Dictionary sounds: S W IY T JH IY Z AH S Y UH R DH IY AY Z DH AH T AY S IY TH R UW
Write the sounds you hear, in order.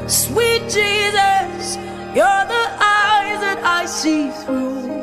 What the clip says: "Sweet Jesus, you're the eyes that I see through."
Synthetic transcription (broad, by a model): S W IY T JH IY Z AH S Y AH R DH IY AY Z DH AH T AY S IY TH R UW